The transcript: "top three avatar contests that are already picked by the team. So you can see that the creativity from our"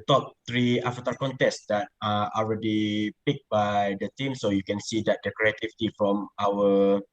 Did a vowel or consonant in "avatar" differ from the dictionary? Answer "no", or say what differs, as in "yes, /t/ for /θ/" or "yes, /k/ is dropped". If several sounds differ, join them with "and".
yes, /f/ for /v/